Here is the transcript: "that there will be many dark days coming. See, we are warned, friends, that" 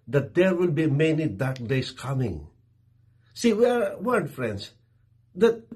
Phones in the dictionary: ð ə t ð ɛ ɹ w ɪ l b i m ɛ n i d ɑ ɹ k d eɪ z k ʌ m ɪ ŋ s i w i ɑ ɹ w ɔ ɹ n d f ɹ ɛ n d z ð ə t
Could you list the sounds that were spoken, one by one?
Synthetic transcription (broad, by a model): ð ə t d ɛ ɹ w ɪ l b i m ɛ n i d ɑ ɹ k d eɪ s k ʌ m ɪ ŋ s i w i ɑ ɹ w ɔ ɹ d f ɹ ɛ n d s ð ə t